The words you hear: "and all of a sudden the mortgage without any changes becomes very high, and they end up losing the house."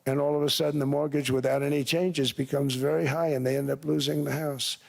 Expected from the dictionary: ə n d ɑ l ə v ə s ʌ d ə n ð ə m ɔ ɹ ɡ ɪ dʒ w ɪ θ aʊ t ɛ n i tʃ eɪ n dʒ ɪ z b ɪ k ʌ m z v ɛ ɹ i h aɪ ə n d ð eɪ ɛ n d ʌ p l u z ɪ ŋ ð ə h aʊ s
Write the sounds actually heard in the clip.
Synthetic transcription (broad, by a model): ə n ɑ l ə v ə s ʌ d n ð ə m ɔ ɹ ɡ ɪ dʒ w ɪ θ aʊ t ɛ n i tʃ eɪ n dʒ ɪ z b ɪ k ʌ m z v ɛ ɹ i h aɪ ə n ð eɪ ɛ n d ʌ p l u z ɪ ŋ ð ə h aʊ s